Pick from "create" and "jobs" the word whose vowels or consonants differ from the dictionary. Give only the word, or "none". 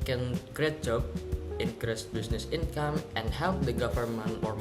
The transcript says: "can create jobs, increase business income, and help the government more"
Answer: jobs